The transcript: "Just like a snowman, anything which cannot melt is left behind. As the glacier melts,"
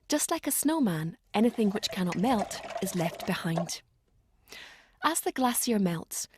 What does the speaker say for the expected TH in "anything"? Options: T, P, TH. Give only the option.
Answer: TH